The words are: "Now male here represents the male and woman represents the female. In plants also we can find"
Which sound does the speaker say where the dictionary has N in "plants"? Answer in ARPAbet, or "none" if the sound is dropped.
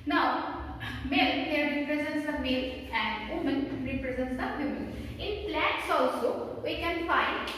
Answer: none